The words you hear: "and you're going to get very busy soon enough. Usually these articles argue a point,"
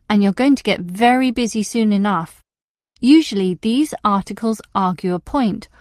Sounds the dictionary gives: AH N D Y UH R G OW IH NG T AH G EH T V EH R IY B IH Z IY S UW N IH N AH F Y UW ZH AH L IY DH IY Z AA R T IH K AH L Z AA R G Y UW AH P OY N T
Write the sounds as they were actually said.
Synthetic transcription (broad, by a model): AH N Y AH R G OW IH NG T AH G EH T V EH R IY B IH Z IY S UW N IH N AH F Y UW ZH AH L IY DH IY Z AA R T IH K AH L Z AA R G Y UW AH P OY N T